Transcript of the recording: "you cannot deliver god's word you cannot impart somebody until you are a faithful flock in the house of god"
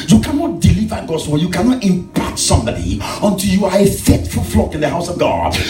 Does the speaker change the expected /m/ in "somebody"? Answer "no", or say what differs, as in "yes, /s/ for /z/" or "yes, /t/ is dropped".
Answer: no